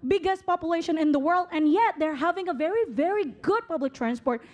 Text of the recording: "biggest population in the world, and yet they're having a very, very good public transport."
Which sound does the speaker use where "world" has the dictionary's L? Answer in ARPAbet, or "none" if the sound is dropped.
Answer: L